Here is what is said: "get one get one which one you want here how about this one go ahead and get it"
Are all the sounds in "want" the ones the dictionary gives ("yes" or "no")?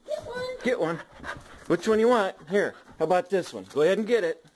yes